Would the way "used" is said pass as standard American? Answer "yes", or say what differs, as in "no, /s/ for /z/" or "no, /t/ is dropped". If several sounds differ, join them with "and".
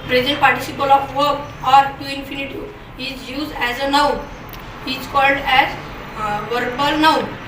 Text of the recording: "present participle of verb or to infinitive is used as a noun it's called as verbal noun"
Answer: yes